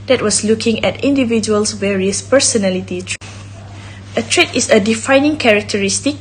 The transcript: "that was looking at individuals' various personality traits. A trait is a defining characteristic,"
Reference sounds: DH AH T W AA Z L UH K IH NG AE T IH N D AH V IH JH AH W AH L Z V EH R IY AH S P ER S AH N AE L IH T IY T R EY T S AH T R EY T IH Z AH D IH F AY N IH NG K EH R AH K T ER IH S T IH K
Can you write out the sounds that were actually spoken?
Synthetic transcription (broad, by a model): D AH T W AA S L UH K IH NG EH T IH N D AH V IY JH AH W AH L S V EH R IY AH S P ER S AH N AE L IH T IY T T AH T R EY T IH S AH D IH F AY N IH NG K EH R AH K T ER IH S T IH K